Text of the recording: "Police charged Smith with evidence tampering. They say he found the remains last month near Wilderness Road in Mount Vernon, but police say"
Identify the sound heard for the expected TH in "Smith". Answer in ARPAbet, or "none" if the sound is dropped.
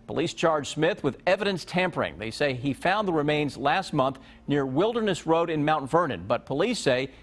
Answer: TH